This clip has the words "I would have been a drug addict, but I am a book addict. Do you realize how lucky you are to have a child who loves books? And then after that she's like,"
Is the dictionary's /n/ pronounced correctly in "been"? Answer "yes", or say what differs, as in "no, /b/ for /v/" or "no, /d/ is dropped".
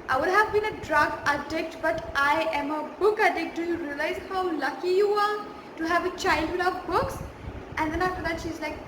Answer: yes